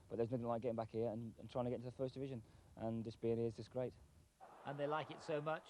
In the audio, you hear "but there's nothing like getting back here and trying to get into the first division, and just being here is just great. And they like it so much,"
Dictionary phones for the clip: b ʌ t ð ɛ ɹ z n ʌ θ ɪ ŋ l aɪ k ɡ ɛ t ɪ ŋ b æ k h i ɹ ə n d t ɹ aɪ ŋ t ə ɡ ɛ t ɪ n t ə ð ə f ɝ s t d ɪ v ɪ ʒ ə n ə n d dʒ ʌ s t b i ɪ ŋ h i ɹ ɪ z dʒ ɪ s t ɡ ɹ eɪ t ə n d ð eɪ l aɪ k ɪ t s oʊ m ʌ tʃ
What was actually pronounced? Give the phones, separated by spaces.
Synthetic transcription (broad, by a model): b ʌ t ð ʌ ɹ z n ʌ θ ɪ ŋ l aɪ k ɡ ɛ t ɪ ŋ b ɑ k h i ɹ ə n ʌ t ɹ aɪ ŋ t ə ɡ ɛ ɪ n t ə ð ə f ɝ s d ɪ v ɪ ʒ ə n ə n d dʒ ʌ s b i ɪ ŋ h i ɪ z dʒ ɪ s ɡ ɹ eɪ t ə n ð eɪ l aɪ k ɪ t s oʊ m ʌ tʃ